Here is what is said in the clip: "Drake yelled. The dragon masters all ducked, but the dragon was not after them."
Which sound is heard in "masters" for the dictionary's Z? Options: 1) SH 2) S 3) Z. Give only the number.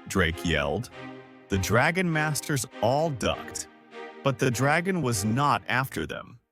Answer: 3